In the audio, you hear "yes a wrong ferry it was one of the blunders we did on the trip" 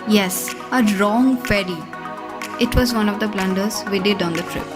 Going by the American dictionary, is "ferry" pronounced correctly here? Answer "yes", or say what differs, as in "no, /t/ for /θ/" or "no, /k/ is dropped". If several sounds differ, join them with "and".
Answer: no, /p/ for /f/